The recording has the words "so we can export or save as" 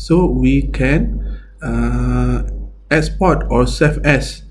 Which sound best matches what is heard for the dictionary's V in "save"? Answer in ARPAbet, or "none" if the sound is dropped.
F